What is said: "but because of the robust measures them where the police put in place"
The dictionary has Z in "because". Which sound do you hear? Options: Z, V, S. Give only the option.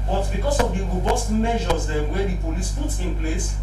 S